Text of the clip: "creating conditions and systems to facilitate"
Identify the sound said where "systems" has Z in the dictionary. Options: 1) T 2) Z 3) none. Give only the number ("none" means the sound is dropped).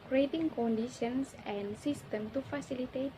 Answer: 3